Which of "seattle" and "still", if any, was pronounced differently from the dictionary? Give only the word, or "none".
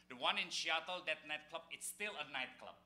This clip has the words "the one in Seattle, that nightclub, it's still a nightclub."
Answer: seattle